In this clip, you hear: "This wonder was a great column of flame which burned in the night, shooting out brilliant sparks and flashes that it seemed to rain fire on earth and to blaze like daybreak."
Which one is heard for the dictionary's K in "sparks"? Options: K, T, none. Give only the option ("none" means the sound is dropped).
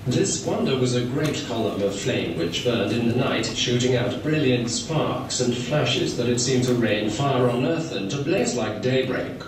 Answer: K